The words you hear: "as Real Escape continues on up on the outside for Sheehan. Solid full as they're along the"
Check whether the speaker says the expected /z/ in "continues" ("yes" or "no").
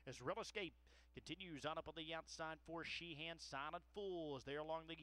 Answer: yes